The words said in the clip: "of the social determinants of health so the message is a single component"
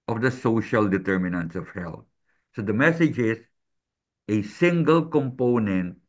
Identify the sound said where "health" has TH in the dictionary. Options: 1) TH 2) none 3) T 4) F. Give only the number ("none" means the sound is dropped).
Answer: 3